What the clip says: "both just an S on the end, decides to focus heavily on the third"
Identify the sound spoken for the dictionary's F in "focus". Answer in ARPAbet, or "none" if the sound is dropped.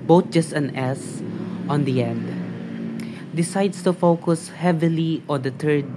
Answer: F